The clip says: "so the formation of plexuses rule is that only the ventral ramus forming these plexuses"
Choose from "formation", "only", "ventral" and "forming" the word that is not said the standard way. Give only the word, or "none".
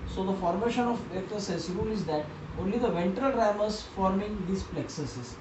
none